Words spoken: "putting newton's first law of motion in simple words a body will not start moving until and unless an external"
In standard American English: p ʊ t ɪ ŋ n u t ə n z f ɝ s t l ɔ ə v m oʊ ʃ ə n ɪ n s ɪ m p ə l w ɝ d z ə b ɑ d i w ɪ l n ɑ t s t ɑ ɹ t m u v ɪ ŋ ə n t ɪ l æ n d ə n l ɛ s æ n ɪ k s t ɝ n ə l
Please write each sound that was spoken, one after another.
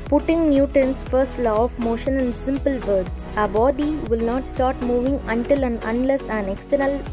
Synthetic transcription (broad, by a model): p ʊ t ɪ ŋ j u t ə n s f ɝ s t l ɔ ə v m oʊ ʃ ə n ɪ n s ɪ m p ə l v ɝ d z ə b ɑ d i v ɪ l n ɑ t s t ɑ ɹ t m u v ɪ ŋ ə n t ɪ l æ n ə n l ɛ s æ n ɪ k s t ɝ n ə l